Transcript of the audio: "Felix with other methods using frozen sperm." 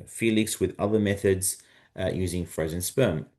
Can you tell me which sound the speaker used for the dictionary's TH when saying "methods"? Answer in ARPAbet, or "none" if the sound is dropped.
TH